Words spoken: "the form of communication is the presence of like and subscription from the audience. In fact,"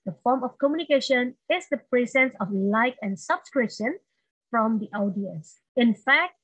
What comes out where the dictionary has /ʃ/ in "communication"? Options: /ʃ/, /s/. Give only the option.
/ʃ/